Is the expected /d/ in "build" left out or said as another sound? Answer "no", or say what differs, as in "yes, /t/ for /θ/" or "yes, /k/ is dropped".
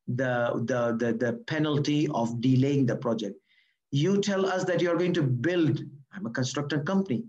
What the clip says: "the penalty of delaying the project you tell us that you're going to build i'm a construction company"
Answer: no